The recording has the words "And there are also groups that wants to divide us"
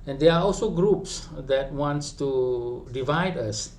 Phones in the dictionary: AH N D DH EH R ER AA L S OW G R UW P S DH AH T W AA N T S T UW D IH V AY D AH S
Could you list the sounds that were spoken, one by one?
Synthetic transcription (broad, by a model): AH N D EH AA AA L S OW G R UW P S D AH T W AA N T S T UW D IH V AY D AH S